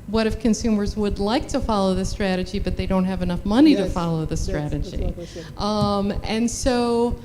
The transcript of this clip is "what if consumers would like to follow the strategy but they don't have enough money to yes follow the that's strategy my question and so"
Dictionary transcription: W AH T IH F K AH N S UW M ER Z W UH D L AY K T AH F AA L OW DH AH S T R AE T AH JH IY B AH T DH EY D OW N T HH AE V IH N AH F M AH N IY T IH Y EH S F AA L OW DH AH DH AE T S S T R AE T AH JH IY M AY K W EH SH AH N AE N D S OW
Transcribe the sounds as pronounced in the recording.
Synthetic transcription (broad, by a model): W AH T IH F K AH N S UW M ER Z W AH D L AY K T AH F AA L OW DH AH S T R AE T AH JH IY B AH T DH EY D OW N T HH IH V IH N AH F M AH N IY T IH F AA L OW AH DH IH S S T R AE T AH JH IY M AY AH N N S OW